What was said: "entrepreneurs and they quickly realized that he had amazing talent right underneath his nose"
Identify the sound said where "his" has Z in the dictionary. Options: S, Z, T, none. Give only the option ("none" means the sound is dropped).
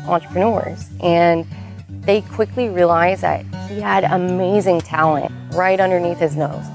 Z